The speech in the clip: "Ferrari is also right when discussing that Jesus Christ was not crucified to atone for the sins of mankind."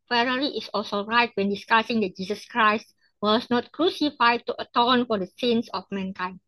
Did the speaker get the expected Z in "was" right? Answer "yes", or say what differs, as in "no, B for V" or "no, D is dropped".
no, S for Z